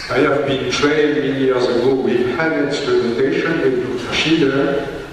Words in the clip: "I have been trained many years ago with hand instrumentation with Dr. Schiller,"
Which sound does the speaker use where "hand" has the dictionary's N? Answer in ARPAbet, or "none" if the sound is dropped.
none